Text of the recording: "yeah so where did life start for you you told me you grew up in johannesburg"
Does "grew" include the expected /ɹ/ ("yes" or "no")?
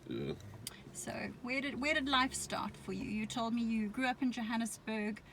yes